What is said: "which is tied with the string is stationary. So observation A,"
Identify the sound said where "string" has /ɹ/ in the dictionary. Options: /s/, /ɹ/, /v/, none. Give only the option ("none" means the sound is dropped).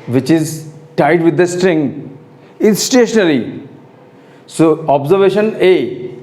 /ɹ/